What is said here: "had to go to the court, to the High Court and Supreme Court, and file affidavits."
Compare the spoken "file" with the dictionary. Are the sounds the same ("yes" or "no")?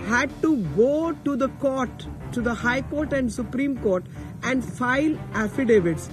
yes